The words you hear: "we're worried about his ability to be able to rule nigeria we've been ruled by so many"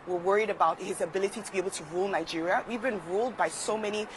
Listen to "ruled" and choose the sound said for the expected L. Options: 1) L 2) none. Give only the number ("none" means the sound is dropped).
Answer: 1